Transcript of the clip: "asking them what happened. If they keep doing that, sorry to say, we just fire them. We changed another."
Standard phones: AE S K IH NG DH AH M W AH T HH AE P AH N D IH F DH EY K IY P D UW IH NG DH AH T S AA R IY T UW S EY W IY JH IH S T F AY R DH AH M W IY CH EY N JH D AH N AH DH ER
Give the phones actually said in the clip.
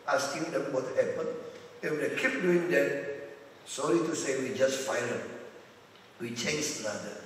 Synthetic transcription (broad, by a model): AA S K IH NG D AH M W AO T HH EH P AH N IH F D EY K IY P D UW IH NG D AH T S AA L IY T UW S EY W IY JH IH S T F AY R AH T W IY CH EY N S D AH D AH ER